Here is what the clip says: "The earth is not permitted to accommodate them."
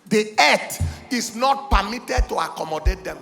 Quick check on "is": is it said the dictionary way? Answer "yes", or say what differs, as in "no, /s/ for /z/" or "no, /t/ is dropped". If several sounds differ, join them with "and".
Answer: no, /s/ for /z/